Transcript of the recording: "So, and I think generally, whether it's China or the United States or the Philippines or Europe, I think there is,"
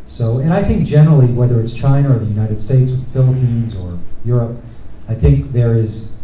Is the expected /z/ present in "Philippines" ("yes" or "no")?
yes